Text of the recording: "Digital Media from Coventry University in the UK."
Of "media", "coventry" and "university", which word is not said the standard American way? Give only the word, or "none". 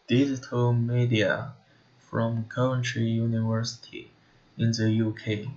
coventry